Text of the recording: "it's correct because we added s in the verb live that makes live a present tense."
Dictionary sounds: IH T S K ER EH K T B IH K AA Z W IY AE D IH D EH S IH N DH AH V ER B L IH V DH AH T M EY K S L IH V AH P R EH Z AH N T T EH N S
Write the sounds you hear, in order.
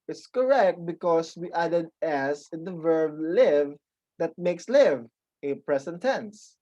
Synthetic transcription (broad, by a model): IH T S K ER EH K T B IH K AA S W IY AE D IH D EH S IH N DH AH V ER B L IH V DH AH T M EY K S L IH V AH P R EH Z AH N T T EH N S